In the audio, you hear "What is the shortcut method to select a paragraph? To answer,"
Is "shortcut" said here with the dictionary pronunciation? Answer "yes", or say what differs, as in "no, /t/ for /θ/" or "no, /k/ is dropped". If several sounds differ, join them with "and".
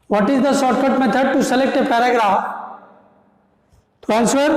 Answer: no, /s/ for /ʃ/